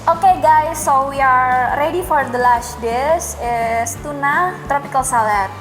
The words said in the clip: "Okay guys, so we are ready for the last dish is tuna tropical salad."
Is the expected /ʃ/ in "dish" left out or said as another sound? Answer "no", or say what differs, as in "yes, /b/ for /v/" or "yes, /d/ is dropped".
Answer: yes, /s/ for /ʃ/